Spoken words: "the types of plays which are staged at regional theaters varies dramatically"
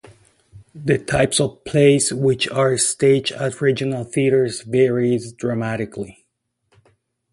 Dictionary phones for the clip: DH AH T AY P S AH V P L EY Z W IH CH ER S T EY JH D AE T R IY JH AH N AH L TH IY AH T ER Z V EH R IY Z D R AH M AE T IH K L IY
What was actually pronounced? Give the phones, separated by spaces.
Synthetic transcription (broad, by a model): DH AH T AY P S AH V P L EY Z W IH CH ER S T EY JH AE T R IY JH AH N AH L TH IY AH T ER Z V EH R IY Z D R AH M AE T IH K L IY